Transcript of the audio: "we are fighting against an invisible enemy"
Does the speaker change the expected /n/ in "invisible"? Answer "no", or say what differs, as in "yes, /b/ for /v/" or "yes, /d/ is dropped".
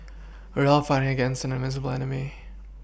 yes, /n/ is dropped